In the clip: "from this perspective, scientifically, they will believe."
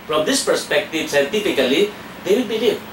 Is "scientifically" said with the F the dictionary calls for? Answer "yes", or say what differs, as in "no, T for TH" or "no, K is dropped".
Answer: no, P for F